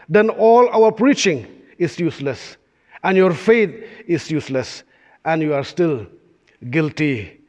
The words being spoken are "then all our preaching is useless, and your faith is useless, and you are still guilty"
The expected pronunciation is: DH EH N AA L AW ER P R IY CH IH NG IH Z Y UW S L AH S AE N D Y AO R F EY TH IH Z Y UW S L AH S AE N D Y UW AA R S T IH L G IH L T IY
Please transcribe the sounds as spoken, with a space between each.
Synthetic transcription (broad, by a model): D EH N AA L AW ER P R IY CH IH NG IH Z Y UW S L AH S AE N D Y AO R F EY T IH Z Y UW S L AH S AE N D Y UW AA R S T IH L G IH L T IY